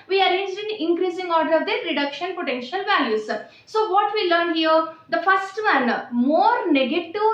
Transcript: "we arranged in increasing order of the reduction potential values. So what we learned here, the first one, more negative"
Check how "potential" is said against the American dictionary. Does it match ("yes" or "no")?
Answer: yes